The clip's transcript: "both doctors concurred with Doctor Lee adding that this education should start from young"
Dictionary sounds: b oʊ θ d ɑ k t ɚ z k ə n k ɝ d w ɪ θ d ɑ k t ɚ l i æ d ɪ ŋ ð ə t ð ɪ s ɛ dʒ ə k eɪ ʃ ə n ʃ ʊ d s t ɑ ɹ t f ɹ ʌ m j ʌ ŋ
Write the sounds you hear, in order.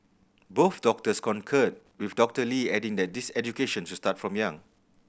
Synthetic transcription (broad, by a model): b oʊ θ d ɑ k t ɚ s k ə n k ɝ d w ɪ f d ɑ k t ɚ l i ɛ d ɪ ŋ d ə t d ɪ s ɛ dʒ ə k eɪ ʃ ə n s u s t ɑ t f ɹ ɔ m j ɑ ŋ